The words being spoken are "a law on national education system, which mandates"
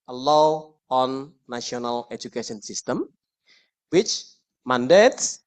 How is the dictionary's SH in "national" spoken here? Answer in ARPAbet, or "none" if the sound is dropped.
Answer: none